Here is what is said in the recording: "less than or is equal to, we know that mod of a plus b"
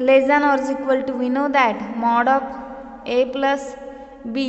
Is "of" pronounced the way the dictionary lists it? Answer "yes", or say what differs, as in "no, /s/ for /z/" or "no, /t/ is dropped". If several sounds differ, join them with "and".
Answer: no, /p/ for /v/